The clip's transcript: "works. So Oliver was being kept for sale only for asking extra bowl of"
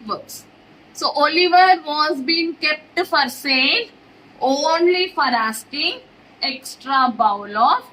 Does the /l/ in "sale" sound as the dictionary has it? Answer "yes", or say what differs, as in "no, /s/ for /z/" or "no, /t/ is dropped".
no, /n/ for /l/